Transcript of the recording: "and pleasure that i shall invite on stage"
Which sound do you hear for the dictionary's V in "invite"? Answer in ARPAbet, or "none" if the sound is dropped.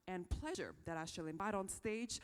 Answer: B